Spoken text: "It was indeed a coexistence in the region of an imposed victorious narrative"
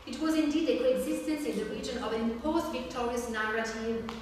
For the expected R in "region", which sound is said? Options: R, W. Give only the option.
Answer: R